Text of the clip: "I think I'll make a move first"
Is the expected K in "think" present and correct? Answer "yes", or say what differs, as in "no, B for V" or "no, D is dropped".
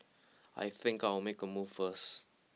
yes